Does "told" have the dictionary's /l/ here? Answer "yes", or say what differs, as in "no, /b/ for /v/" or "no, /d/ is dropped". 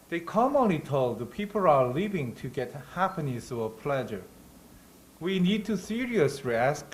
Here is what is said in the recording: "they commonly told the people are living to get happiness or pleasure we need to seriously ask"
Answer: yes